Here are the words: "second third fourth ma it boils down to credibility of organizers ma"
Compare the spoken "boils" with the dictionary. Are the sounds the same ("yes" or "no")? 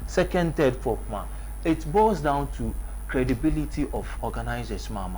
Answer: no